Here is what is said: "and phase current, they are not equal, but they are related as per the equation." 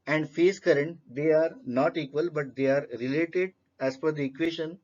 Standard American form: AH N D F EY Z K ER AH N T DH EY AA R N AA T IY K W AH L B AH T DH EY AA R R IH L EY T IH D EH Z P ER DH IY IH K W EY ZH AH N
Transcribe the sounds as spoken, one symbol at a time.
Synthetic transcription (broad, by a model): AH N D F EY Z K ER AH N T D EY AA R N AA T IY K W AH L B AH T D EY AA R R IH L EY T IH D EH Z F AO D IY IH K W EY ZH AH N